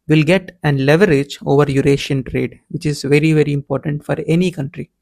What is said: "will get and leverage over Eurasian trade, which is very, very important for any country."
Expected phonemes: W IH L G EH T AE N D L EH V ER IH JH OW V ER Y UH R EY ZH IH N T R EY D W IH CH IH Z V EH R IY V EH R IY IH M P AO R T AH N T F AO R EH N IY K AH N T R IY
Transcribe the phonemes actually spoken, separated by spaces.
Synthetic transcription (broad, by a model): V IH L G EH T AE N L EH V ER IH JH OW V ER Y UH R EY SH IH N T R EY D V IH CH IH Z V EH R IY V EH R IY IH M P AO R T AH N T F AO R EH N IY K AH N T R IY